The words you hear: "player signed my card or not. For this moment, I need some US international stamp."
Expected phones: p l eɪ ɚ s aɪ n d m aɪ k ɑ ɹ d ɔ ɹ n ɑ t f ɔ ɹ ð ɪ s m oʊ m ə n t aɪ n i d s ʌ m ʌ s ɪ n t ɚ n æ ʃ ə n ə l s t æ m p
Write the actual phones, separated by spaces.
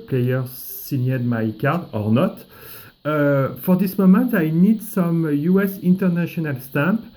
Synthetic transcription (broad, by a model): p l eɪ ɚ s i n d m aɪ k ɑ ɹ d ɔ ɹ n ɑ t f ɔ ɹ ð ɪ s m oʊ m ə n t aɪ n i d s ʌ m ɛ s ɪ n t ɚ n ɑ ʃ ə n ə l s t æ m p